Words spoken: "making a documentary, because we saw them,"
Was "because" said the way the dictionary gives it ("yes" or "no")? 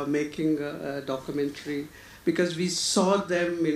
yes